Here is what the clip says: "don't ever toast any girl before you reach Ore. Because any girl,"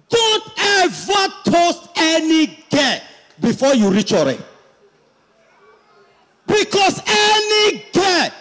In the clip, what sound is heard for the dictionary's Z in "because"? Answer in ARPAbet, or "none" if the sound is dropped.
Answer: S